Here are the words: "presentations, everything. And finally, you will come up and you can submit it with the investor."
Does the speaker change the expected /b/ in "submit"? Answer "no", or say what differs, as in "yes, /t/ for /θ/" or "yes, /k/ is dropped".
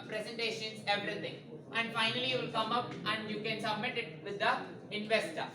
no